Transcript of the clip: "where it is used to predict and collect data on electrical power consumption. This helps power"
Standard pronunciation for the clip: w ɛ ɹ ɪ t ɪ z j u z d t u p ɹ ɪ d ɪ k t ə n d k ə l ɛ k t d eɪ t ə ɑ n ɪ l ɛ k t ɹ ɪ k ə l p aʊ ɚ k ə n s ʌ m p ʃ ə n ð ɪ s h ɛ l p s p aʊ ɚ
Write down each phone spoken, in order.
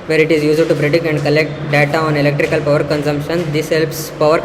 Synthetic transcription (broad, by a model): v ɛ ɹ ɪ t ɪ z j u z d t u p ɹ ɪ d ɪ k ə n d k ə l ɛ k t d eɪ t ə ɑ n ɪ l ɛ k t ɹ ɪ k ə l p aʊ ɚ k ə n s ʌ m p ʃ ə n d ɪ s h ɛ l p s p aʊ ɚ